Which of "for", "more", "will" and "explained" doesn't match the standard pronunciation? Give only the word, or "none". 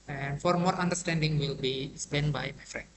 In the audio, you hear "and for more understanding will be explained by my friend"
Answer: explained